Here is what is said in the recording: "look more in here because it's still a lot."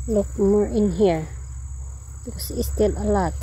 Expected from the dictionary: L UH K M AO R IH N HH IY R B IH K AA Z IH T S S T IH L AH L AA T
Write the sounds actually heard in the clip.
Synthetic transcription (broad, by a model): L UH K M AO R IH N HH IY R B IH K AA S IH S S T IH L AH L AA T